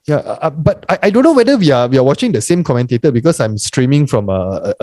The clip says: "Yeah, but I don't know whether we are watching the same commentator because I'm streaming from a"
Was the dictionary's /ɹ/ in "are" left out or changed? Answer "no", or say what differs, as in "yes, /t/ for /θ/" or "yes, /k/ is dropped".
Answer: yes, /w/ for /ɹ/